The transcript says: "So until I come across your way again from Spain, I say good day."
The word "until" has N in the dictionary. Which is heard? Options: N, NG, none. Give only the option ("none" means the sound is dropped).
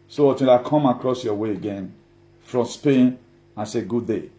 none